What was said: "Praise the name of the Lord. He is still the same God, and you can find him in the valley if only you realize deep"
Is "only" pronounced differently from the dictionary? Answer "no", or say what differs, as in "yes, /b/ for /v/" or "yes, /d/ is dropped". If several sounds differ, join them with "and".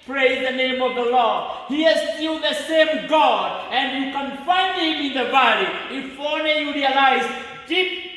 yes, /l/ is dropped